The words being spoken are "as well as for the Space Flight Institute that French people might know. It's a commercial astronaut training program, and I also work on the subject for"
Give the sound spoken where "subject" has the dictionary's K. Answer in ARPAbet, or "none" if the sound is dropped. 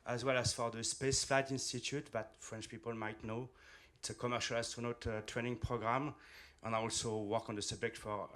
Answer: K